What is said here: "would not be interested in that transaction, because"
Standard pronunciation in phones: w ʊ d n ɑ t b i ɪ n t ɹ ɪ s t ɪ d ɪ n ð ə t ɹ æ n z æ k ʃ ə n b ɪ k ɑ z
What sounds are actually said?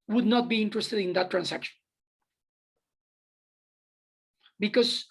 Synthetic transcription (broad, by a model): w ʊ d n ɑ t b i ɪ n t ɹ ɪ s t ɪ d ɪ n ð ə t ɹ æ n s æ k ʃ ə n b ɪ k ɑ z